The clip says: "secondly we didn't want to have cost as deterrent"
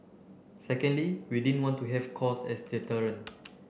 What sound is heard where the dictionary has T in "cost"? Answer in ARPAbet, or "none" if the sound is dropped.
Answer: none